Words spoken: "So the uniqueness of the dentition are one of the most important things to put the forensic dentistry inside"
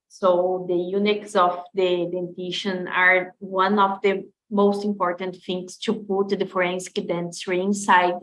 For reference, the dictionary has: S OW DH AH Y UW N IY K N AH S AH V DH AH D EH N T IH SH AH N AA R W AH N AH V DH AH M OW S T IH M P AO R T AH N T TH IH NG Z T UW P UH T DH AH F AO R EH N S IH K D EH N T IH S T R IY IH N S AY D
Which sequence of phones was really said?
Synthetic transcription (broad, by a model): S OW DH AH Y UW N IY K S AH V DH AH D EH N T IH SH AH N AA R W AH N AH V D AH M OW S T IH M P AO R T AH N T F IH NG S T UW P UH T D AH F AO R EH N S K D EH N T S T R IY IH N S AY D